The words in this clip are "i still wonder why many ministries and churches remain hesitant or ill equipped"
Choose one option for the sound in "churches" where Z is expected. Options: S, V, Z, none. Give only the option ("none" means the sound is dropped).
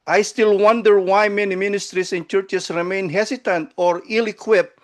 S